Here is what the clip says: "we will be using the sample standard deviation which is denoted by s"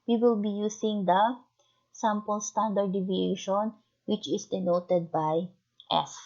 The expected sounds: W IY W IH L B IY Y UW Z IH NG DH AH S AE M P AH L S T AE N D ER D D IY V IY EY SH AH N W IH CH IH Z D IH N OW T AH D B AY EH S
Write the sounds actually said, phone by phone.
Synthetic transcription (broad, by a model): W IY W IH L B IY Y UW S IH NG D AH S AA M P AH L S T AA N D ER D D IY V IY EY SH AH N W IH CH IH S D IH N OW T AH D B AY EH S